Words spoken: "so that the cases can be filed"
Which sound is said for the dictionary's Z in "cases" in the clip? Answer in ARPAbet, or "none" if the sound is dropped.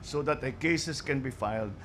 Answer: S